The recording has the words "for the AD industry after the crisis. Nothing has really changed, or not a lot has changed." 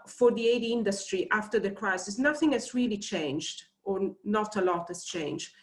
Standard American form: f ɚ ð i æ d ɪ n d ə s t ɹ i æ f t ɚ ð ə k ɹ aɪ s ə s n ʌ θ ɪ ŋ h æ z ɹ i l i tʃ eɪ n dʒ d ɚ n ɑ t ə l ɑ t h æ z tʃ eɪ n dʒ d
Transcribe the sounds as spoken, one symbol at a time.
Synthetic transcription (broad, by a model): f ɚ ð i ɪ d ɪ n d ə s t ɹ i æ f t ɚ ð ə k ɹ aɪ s ə s n ʌ θ ɪ ŋ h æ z ɹ i l i tʃ eɪ n dʒ d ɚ n ɑ t ə l ɑ t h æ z tʃ eɪ n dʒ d